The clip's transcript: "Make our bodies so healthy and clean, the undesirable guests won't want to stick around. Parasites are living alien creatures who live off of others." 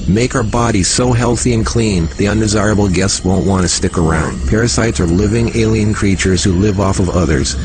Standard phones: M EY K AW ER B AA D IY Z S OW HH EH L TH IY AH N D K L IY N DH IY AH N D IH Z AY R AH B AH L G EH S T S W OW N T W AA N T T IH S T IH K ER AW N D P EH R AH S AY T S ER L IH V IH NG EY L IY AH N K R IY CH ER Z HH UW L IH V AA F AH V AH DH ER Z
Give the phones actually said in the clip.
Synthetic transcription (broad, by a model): M EY K AW ER B AA D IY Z S OW HH EH L TH IY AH N K L IY N DH IY AH N D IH Z AY R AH B L G EH S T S W OW N T W AA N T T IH S T IH K ER AW N D P EH R AH S AY T S ER L IH V IH NG EY L IY AH N K R IY CH ER Z HH UW L IH V AA F AH V AH DH ER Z